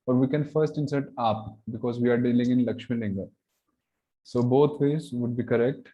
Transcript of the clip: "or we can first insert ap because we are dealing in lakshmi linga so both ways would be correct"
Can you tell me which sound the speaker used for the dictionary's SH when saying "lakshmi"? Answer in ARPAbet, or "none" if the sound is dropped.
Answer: SH